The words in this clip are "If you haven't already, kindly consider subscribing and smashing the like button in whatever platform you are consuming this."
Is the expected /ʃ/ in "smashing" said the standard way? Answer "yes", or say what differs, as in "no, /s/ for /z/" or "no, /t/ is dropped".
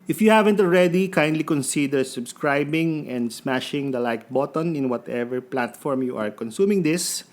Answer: yes